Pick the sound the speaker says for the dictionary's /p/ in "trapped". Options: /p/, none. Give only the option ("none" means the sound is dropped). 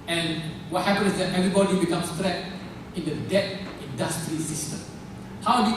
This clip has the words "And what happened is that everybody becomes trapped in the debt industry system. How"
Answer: none